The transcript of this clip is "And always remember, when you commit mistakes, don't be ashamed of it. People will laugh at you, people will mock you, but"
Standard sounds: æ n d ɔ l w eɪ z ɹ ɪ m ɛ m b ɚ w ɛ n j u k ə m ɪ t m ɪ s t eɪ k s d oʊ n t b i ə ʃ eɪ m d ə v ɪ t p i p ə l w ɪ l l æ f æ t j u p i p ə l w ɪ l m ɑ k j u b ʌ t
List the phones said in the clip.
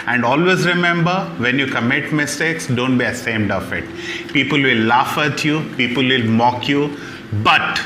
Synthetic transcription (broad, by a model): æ n d ɔ l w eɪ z ɹ ɪ m ɛ m b ɚ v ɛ n j u k ə m ɪ t m ɪ s t eɪ k s d oʊ n t b i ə s eɪ m d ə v ɪ t p i p ə l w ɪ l l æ f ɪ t j u p i p ə l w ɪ l m ɑ k j u b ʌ t